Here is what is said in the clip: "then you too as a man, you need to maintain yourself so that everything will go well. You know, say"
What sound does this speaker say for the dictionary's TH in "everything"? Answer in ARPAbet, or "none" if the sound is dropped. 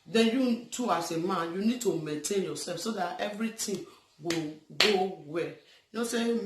T